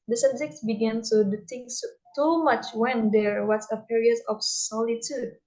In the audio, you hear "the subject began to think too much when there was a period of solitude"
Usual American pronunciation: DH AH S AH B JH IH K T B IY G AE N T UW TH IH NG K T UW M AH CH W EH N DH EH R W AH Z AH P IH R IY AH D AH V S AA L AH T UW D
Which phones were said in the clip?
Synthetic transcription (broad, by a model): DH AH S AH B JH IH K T B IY G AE N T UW T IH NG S T UW M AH CH W EH N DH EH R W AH S AH P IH R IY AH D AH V S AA L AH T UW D